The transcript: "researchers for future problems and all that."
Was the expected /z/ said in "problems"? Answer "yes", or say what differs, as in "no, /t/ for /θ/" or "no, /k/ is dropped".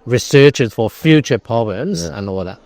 yes